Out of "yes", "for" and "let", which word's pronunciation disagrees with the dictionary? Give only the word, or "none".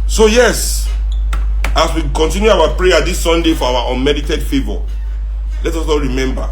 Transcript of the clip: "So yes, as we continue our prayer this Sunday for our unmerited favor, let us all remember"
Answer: for